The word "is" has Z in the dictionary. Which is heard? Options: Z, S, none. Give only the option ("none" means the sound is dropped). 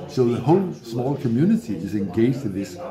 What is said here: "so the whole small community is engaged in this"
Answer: Z